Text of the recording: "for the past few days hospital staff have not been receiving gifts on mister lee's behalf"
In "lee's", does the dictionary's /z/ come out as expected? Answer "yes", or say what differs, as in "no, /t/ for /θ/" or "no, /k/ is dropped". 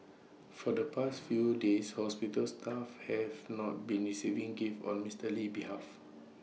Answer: no, /z/ is dropped